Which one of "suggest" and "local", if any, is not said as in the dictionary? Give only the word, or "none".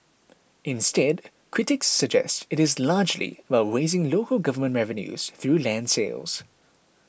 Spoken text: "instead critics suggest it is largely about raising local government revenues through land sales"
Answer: none